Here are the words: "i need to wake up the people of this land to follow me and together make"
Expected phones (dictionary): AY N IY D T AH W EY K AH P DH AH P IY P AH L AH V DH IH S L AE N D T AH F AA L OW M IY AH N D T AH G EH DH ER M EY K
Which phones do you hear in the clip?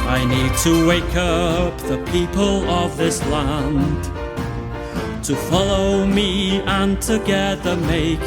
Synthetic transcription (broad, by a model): AY N IY D T AH W EY K AH P DH AH P IY P AH L AH V DH IH S L AE N D T AH F AA L OW M IY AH N T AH G EH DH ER M EY K